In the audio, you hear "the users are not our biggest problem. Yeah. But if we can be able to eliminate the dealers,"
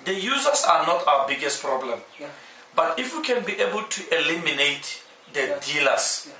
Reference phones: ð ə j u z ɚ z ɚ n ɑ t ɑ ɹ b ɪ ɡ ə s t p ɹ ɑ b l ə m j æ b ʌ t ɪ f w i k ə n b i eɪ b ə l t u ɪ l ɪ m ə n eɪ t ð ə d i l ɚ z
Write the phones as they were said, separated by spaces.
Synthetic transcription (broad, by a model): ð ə j u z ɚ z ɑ n ɑ t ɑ w b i ɡ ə s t p ɹ ɑ b l ə m b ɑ t ɪ f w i k ə n b i eɪ b ə l t u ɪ l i m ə n eɪ t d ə d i l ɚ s